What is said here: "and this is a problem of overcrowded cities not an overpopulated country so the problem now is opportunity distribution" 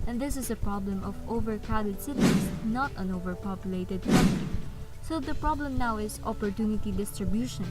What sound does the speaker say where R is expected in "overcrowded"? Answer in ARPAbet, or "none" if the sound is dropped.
none